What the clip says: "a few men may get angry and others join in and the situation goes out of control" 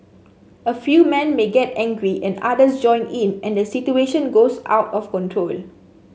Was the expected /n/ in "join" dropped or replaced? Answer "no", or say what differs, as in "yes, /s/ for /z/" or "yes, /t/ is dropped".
no